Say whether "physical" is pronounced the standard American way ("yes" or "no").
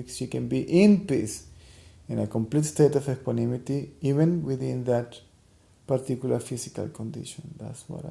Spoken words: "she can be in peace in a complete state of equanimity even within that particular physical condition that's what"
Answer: no